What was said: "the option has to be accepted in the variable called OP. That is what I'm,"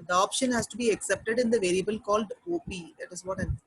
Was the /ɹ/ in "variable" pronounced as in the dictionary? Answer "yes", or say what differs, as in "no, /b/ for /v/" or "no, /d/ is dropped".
yes